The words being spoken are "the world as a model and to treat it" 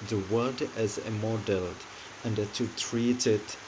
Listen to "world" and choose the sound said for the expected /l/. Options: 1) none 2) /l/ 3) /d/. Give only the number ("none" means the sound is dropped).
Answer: 1